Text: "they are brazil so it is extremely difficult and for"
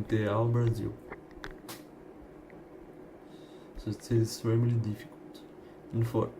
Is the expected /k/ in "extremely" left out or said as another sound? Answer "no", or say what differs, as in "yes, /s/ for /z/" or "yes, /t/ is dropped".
yes, /k/ is dropped